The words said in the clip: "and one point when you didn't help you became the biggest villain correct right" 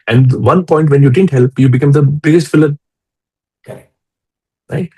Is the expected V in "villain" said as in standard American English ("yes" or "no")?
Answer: no